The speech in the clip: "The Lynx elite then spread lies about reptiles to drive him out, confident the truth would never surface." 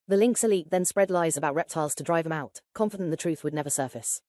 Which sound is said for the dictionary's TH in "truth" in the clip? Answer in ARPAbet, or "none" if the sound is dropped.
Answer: TH